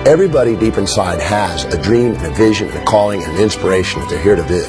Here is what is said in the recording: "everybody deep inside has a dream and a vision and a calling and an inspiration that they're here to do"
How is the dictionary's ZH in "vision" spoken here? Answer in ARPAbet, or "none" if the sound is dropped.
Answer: ZH